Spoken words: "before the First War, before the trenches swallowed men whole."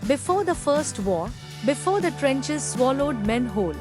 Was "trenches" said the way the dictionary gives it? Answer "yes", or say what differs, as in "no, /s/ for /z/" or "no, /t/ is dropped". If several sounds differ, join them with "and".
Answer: yes